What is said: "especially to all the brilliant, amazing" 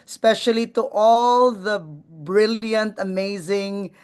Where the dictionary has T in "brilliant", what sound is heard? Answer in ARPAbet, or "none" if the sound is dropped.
T